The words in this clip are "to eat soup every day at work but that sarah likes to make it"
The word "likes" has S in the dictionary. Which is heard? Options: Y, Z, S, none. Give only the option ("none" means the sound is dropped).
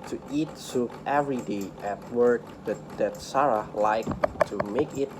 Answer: none